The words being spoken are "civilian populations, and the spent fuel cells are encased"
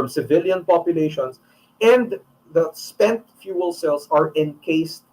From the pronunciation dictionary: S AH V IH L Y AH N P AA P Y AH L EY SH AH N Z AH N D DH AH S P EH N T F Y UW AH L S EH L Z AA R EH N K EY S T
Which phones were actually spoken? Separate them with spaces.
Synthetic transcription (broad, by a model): S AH V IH L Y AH N P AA P Y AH L EY SH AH N S AH N D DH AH S P EH N T F Y UW AH L S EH L S AA R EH N K EY S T